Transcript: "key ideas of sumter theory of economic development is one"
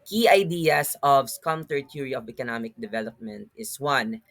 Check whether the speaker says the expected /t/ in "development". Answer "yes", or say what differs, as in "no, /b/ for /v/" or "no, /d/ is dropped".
yes